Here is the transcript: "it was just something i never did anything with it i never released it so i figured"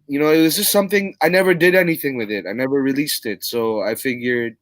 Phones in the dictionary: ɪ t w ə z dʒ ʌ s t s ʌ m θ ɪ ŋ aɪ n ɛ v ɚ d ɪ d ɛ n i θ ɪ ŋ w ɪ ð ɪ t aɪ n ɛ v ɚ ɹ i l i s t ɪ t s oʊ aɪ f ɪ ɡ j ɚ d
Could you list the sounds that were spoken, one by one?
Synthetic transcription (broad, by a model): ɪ t w ə z dʒ ʌ s t s ʌ m θ ɪ ŋ aɪ n ɛ v ɚ d ɪ d ɛ n i θ ɪ ŋ w ɪ ð ɪ t aɪ n ɛ v ɚ ɹ i l i s t ɪ t s oʊ aɪ f ɪ ɡ j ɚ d